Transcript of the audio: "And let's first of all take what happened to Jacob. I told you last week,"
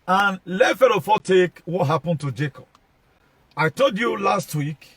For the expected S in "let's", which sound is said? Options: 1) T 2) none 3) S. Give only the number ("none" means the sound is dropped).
2